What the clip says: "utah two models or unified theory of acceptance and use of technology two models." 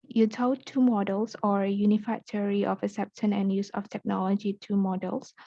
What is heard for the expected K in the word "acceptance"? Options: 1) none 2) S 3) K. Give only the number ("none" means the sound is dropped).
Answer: 1